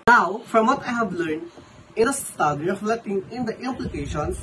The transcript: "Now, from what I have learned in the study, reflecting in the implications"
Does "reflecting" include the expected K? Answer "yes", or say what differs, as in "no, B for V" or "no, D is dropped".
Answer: no, K is dropped